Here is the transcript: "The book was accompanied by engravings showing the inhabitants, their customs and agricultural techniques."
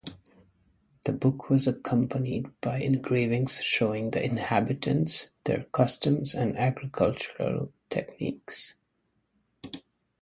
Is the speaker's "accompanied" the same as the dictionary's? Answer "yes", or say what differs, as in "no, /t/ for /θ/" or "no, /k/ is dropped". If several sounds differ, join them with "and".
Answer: yes